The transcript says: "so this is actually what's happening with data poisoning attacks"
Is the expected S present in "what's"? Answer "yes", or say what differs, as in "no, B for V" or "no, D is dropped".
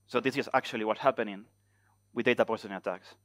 no, S is dropped